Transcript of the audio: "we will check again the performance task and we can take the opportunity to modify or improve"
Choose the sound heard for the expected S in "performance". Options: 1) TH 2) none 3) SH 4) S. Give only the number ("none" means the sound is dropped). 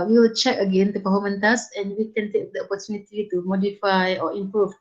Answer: 2